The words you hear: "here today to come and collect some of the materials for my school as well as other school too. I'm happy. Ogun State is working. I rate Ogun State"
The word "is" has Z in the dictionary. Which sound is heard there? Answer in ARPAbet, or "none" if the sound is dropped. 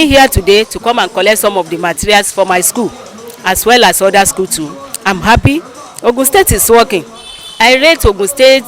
S